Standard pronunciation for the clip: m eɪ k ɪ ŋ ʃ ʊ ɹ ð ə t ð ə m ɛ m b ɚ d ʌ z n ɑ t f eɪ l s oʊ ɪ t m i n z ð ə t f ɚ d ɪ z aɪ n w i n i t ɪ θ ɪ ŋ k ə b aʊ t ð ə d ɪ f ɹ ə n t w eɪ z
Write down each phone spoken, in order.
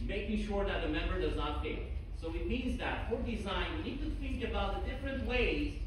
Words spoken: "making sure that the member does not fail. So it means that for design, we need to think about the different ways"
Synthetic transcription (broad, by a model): m eɪ k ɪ ʃ ʊ ɹ ð ə t ð ə m ɛ m b ɚ d ʌ z n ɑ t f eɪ s oʊ ɪ t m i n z ð ə t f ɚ d ɪ z aɪ n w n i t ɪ θ ɪ ŋ k ə b aʊ t ð ə d ɪ f ɹ ə n t w eɪ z